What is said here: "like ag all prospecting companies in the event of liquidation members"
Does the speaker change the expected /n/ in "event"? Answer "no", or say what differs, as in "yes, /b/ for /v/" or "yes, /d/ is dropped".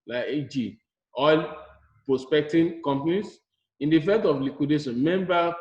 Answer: yes, /n/ is dropped